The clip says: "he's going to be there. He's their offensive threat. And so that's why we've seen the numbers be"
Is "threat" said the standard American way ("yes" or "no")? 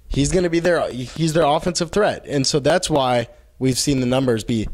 yes